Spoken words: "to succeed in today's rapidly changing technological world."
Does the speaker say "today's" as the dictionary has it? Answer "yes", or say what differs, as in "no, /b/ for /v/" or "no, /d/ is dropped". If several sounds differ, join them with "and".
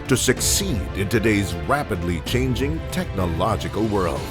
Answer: yes